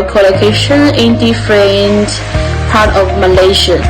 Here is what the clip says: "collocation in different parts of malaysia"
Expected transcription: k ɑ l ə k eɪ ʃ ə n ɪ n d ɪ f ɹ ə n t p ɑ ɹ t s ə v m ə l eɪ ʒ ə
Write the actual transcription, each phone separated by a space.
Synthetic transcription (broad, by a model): k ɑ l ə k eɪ ʃ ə n ɪ n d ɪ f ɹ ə n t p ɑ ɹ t ə v m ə l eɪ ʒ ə